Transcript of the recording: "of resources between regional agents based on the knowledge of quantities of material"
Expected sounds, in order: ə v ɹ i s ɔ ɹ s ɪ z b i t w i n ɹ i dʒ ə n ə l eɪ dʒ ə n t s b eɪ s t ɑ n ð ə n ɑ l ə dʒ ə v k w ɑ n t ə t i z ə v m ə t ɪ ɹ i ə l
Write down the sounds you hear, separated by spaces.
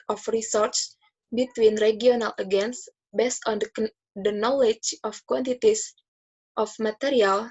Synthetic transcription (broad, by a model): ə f ɹ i s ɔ ɹ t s b i t w i n ɹ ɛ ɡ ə n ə l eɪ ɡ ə n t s b eɪ s t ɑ n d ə n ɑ l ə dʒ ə f k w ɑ n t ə t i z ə f m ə t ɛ ɹ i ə l